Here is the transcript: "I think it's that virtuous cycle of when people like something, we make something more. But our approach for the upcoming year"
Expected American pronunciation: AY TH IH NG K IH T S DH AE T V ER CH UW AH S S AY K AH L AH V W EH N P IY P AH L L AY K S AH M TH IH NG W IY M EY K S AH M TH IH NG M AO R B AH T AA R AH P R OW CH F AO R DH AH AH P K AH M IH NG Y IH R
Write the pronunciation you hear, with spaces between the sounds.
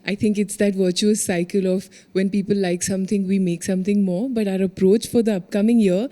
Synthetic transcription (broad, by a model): AY T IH NG K IH T S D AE T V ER CH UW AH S S AY K AH L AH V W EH N P IY P AH L L AY K S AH M T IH NG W IY M EY K S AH M T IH NG M AO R B AH T AA R AH P R OW CH F AO R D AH AH P K AH M IH NG Y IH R